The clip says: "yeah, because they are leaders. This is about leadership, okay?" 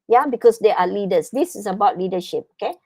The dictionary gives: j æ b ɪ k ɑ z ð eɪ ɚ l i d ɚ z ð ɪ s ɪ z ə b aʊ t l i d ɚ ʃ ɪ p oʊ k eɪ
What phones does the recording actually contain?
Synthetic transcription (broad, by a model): j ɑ b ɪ k ɑ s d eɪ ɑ l i d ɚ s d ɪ s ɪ s ə b aʊ t l i d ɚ ʃ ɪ p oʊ k eɪ